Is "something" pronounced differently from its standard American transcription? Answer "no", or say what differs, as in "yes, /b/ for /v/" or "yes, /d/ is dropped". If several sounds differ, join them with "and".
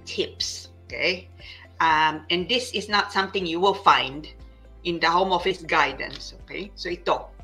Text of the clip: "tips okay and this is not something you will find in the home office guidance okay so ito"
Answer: yes, /t/ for /θ/